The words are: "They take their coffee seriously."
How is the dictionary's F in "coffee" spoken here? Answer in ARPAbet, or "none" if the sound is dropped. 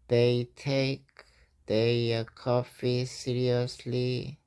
F